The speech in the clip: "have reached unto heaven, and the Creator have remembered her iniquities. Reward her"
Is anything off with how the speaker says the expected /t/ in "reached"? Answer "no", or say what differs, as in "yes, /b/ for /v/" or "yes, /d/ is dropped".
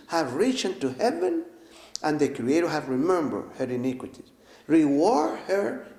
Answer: yes, /t/ is dropped